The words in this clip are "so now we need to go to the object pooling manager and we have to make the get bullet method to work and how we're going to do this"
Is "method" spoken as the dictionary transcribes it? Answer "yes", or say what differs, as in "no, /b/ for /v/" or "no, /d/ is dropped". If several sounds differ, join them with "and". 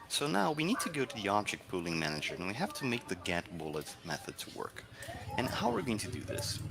yes